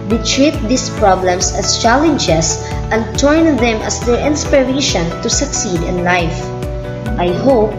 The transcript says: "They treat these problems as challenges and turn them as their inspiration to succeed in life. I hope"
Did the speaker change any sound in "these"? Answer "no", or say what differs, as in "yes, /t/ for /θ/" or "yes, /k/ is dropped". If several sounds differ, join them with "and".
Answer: yes, /s/ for /z/